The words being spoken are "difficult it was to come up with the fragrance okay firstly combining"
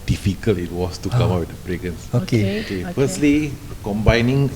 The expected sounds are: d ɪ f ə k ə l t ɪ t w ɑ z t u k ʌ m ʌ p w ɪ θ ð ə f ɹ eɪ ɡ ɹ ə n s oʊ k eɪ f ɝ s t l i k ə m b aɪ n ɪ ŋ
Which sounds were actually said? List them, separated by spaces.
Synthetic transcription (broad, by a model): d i f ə k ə l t ɪ t w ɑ s t u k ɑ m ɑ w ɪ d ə p ɹ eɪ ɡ ə n s oʊ k eɪ f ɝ s t l i k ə m b aɪ n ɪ ŋ